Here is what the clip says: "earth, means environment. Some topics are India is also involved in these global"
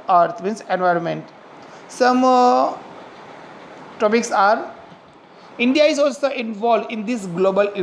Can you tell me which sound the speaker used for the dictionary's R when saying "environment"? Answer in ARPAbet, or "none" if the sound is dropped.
R